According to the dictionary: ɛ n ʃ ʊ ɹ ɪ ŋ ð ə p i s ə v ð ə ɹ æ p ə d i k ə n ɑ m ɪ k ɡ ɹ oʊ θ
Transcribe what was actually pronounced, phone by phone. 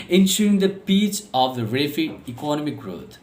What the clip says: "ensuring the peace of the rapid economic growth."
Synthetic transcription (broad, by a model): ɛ n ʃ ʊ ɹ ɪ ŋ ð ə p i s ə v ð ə ɹ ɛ f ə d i k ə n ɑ m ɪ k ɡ ɹ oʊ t